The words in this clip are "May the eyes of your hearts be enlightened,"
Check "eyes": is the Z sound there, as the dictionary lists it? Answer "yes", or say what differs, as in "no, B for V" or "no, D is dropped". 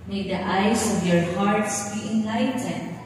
no, S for Z